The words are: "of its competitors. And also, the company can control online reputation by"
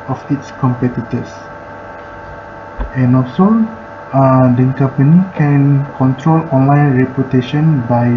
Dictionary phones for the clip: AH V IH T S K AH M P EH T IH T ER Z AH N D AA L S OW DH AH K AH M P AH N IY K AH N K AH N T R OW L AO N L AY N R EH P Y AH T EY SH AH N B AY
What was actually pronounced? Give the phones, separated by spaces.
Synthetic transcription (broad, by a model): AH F IH T S K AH M P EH T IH T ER S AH N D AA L S OW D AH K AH P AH N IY K AH N K AH N T R OW L AO N L AY N R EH P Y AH T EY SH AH N B AY